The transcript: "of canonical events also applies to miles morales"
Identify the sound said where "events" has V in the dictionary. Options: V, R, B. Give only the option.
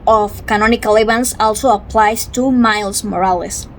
B